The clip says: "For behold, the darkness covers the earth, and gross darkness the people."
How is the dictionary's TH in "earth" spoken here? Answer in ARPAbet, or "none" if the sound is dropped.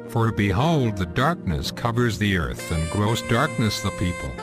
TH